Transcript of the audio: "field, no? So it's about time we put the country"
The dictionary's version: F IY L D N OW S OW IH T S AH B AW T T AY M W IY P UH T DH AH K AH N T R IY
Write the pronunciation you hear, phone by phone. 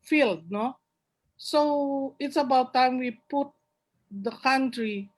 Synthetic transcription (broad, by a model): F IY L D N OW S OW IH T S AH B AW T T AY M W IY P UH T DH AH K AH N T R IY